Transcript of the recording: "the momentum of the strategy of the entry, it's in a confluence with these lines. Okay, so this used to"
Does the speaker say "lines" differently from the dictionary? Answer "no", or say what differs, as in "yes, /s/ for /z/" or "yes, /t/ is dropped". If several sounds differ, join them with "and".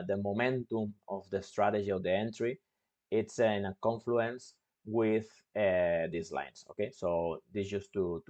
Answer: yes, /s/ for /z/